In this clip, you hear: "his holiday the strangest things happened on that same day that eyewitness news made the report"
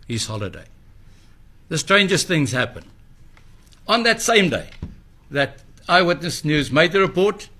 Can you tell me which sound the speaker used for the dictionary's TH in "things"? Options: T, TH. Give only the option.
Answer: TH